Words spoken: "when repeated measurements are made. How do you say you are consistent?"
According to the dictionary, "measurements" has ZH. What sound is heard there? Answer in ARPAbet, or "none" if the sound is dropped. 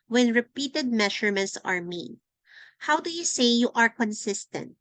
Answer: SH